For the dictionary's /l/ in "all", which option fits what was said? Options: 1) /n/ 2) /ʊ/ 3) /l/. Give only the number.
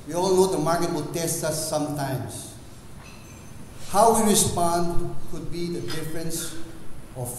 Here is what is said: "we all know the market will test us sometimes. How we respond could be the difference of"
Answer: 3